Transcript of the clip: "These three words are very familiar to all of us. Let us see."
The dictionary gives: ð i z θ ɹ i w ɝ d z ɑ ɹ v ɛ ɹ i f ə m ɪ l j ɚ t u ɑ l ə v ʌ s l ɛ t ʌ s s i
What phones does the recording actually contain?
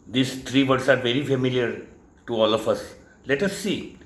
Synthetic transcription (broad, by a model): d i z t ɹ i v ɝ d s ɑ ɹ v ɛ ɹ i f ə m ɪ l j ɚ t u ɑ l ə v ʌ s l ɛ t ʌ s s i